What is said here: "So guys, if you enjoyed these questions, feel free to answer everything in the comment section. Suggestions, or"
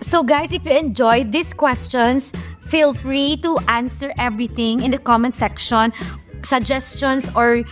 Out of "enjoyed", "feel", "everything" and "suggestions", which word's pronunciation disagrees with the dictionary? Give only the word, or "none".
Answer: suggestions